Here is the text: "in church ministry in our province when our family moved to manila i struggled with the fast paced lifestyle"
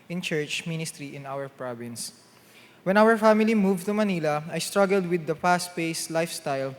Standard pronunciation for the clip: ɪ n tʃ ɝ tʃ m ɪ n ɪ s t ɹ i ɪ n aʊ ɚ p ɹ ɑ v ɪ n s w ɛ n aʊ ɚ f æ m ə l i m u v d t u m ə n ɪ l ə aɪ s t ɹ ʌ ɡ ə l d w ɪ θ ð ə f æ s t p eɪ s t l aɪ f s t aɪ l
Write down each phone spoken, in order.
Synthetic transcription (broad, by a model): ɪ n tʃ ɝ tʃ m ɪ n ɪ s t ɹ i ɪ n aʊ ɚ p ɹ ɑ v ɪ n s w ɛ n aʊ ɚ f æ m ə l i m u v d t u m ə n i l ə aɪ s t ɹ ʌ ɡ ə l d w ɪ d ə p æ s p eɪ s l aɪ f s t aɪ l